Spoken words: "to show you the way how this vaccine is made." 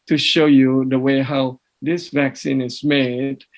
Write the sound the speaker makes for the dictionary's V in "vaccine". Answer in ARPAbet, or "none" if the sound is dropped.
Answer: V